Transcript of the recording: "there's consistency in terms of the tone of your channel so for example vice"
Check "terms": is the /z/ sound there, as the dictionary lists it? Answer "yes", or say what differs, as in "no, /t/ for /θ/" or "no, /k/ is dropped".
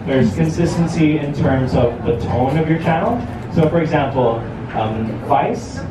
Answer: yes